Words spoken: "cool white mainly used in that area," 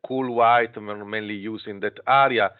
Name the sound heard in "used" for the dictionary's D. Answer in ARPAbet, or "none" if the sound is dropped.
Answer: none